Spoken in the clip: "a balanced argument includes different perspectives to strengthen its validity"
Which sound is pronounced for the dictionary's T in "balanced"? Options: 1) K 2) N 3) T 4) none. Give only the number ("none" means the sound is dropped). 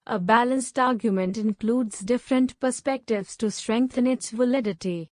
3